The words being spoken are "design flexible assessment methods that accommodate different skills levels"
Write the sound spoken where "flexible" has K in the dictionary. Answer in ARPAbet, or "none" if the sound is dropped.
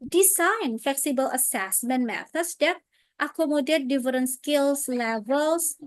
K